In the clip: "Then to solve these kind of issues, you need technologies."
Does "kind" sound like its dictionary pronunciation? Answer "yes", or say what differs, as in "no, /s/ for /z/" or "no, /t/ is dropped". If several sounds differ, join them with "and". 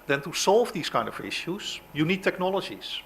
yes